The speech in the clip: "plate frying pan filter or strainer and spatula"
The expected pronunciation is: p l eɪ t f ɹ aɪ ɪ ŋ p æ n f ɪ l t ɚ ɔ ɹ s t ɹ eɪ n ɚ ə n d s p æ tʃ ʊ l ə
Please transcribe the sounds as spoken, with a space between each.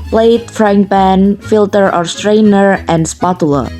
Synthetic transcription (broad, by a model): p l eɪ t f ɹ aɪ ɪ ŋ b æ n f ɪ l t ɚ ɔ ɹ s t ɹ eɪ n ɚ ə n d s p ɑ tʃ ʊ l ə